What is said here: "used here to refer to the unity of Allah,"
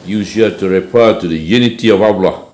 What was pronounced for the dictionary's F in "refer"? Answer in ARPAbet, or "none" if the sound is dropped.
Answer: P